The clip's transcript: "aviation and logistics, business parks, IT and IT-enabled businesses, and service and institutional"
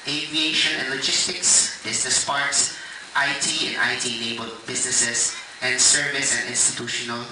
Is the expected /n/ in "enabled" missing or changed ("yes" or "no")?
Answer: yes